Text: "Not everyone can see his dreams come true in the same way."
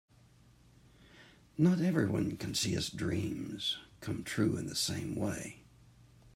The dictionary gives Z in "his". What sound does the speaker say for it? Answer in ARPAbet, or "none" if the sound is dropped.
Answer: S